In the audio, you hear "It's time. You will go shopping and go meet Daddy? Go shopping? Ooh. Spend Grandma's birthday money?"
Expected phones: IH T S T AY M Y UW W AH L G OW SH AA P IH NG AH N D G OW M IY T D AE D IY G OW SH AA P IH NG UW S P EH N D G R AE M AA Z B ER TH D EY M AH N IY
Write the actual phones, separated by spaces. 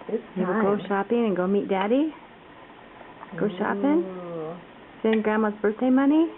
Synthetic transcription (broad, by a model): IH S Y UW W AH L G OW SH AA P IH NG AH N G OW M IY T D AE D IY G OW SH AA P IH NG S EH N G R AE M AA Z B ER TH D EY M AH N IY